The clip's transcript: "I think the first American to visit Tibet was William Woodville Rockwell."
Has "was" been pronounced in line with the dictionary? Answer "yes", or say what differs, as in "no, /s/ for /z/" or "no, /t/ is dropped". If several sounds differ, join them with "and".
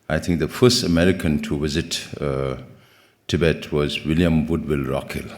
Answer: yes